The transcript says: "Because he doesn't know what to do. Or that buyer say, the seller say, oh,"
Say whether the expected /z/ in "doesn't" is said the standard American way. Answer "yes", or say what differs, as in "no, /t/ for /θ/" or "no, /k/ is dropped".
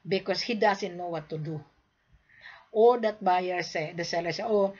no, /s/ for /z/